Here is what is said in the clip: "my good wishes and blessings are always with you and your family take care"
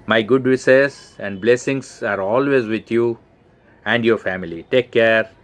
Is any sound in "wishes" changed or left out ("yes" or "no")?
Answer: yes